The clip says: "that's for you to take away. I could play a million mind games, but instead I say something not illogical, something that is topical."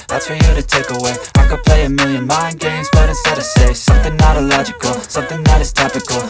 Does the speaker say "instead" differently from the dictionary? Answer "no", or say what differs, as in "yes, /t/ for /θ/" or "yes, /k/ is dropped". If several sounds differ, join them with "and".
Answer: yes, /n/ is dropped